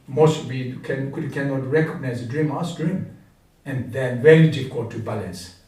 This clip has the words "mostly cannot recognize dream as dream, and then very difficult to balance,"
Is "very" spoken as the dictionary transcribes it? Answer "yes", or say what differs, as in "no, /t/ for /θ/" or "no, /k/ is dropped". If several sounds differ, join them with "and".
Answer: no, /l/ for /ɹ/